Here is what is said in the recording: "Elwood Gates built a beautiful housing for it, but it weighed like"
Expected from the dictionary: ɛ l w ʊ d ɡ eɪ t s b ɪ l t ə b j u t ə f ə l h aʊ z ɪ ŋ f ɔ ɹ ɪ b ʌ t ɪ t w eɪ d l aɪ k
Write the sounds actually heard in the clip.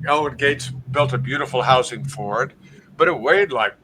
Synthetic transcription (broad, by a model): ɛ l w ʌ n ɡ eɪ t s b ɪ l t ə b j u t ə f l h aʊ s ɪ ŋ f ɔ ɹ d b ʌ t ɪ t w eɪ d l aɪ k